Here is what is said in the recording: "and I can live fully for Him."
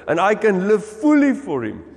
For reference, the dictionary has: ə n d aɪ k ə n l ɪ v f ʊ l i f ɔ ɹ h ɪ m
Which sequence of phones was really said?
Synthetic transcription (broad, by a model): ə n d aɪ k ə n l ɪ v f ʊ l i f ɔ ɹ h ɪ m